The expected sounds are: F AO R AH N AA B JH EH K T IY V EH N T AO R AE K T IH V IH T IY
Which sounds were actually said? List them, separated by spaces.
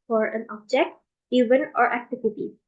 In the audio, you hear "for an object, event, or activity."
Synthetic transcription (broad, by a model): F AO R AH N AA B JH EH K T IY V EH N AO R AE K T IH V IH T IY